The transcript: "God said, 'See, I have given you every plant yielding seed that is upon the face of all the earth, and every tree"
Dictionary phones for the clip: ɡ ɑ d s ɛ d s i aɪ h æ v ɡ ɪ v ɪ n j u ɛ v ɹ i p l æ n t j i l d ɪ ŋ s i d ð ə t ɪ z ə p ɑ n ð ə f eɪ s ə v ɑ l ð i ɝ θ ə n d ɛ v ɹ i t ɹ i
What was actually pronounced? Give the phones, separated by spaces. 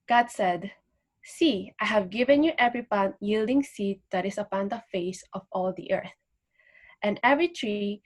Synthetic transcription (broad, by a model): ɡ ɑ d s ɛ d s i aɪ h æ v ɡ ɪ v ɪ n j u ɛ v ɹ i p ɑ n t j i l d ɪ ŋ s i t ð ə t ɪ s ə p ɑ n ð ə f eɪ s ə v ɑ l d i ɝ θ ə n d ɛ v ɹ i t ɹ i